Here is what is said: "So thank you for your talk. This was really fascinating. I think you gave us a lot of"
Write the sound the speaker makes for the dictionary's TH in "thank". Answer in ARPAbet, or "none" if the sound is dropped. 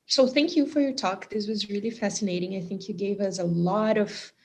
TH